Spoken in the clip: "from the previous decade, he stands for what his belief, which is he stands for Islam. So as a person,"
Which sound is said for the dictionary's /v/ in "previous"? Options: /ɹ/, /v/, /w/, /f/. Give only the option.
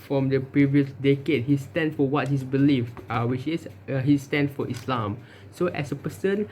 /v/